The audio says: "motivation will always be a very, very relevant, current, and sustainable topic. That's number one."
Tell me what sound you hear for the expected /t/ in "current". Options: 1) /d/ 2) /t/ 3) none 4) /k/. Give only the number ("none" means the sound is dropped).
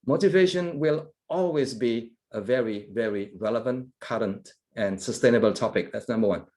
2